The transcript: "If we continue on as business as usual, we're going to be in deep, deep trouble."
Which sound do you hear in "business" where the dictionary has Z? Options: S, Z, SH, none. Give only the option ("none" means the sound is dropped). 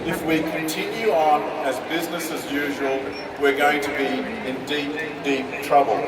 Z